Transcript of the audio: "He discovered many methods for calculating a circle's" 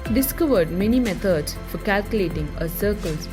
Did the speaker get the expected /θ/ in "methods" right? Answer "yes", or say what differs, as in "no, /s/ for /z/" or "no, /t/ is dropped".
no, /t/ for /θ/